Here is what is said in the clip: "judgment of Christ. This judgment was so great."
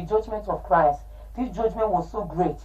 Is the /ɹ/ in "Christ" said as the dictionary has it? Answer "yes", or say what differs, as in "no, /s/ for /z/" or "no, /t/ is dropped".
yes